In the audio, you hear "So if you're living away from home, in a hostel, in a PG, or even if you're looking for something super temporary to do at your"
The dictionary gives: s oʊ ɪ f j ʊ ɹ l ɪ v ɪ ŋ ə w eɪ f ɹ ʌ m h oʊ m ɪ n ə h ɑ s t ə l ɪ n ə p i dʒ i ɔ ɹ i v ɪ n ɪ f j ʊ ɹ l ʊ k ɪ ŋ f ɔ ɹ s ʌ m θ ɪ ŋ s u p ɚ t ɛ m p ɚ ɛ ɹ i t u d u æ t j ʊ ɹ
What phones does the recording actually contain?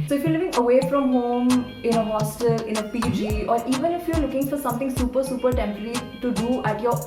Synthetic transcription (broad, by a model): s oʊ ɪ f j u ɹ l ɪ v ɪ ŋ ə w eɪ f ɹ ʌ m h oʊ m ɪ n ə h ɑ s t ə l ɪ n ə p i dʒ i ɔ ɹ i v ɪ n ɪ f j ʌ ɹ l ʊ k ɪ ŋ f ɔ ɹ s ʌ m t ɪ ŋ s u p ɚ s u p ɚ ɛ ɹ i t u d u æ t j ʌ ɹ